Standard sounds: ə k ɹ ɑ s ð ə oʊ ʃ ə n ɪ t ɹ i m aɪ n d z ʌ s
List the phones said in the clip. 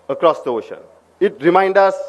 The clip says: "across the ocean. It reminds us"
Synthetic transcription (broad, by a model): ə k ɹ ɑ s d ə oʊ ʃ ə n ɪ t ɹ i m aɪ n d ʌ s